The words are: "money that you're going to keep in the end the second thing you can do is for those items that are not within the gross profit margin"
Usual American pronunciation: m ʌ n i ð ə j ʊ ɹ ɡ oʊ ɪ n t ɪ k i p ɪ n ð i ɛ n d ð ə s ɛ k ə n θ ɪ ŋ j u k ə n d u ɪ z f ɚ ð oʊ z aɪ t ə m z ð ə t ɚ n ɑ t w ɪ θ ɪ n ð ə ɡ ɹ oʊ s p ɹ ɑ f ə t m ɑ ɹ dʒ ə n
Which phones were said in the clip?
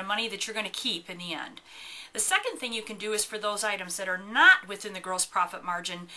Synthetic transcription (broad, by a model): m ʌ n i ð ə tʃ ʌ ɹ ɡ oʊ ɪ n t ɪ k i p ɪ n ð i ɛ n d ð ə s ɛ k ə n θ ɪ ŋ j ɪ k ə n d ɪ ɪ z f ɚ ð oʊ z aɪ t ə m z ð ə t ɚ n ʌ t w ɪ θ ɪ n ð ə ɡ ɹ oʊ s p ɹ ɑ f ə t m ɑ ɹ dʒ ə n